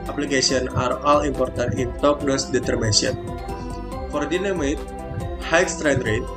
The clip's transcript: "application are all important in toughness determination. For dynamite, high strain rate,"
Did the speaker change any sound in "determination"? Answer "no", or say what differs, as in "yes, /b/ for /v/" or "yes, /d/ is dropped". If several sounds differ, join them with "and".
yes, /ʃ/ is dropped